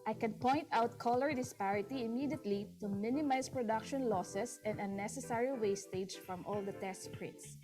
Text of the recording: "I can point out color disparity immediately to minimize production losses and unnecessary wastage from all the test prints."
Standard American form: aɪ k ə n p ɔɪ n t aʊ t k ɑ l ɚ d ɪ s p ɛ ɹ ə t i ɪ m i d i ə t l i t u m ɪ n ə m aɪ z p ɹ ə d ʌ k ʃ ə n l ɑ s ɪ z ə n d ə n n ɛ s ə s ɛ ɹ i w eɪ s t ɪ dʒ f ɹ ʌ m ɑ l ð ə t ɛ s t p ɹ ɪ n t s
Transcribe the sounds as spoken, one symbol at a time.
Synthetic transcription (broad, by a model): aɪ k ə n p ɔɪ n t aʊ t k ɑ l ɚ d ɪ s p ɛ ɹ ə t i ɪ m i d i ə t l i t u m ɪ n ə m aɪ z p ɹ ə d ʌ k ʃ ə n l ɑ s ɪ s ə n d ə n n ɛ s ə s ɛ ɹ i w eɪ s t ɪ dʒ f ɹ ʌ m ɑ l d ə t ɛ s t p ɹ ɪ n t s